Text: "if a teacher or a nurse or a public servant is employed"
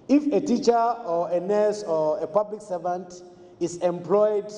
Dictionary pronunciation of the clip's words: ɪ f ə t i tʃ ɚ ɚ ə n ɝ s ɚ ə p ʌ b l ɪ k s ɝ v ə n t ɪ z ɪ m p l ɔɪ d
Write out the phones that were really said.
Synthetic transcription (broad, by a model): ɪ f ə t i tʃ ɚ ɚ ə n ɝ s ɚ ə p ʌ b l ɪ k s ɝ v ə n t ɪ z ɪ m p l ɔɪ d